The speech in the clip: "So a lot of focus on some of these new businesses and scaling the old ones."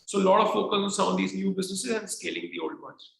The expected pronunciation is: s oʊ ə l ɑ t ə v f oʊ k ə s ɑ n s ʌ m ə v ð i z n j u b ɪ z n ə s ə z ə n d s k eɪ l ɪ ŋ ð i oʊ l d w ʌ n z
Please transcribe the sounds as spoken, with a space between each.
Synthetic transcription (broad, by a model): s oʊ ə l ɑ t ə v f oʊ k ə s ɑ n s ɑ ə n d i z n j u b ɪ z n ə s ə z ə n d s k eɪ l ɪ ŋ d i oʊ l d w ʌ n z